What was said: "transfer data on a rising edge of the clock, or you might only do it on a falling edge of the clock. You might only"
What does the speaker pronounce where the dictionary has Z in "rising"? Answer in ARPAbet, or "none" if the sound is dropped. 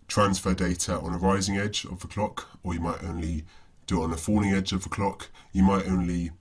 Z